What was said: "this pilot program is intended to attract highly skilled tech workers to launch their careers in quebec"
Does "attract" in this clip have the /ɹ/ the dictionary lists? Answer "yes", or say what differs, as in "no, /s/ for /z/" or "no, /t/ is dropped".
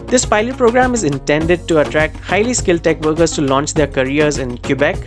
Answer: yes